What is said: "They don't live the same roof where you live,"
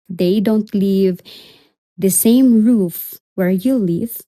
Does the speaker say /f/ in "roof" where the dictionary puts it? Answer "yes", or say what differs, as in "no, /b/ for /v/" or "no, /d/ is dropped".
yes